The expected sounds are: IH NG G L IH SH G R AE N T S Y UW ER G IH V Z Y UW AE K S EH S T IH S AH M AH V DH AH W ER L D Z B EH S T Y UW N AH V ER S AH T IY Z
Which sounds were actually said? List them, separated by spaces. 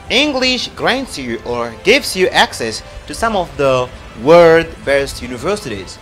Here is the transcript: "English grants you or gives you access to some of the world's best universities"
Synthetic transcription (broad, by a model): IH NG G L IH SH G R AE N T S Y UW ER G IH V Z Y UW AE K S EH S T IH S AH M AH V DH AH W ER D B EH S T Y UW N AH V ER S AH T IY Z